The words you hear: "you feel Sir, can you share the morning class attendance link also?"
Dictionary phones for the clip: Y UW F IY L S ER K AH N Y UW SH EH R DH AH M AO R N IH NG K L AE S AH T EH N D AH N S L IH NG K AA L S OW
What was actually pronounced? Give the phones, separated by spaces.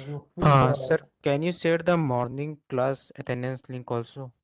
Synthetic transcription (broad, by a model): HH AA S ER K AH N Y UW S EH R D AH M AO R N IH NG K L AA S AH T EH N D AH N S L IH NG K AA L S OW